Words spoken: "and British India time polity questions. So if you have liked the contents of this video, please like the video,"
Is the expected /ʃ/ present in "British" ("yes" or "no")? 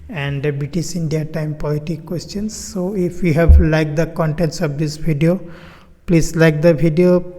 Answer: no